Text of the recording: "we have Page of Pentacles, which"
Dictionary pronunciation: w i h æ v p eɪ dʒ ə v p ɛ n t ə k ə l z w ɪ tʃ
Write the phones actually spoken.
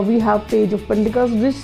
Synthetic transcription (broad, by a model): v i h æ v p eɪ dʒ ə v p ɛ n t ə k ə z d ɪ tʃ